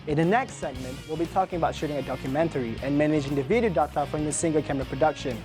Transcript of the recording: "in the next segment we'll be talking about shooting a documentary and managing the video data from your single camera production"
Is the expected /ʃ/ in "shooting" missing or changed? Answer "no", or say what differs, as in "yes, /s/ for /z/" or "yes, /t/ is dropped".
no